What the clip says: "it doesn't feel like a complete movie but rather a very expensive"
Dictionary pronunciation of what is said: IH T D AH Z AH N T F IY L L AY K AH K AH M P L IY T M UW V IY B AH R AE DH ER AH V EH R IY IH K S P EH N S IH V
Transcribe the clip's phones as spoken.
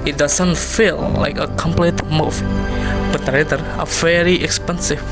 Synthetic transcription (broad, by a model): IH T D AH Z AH N T F IY L L AY K AH K AH M P L IY T M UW B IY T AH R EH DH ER AH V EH R IY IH K S P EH N S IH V